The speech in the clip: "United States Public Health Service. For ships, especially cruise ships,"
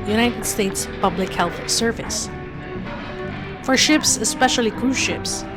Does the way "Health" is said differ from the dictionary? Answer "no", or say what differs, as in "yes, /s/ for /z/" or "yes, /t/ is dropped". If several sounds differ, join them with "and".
no